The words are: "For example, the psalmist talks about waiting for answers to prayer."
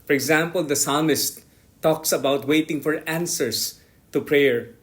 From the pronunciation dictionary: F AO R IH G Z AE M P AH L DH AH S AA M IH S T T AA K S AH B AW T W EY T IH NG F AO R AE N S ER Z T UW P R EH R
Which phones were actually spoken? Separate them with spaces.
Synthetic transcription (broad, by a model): F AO R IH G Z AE M P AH L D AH S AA M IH S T T AA K S AH B AW T W EY T IH NG F AO R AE N S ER S T UW P R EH R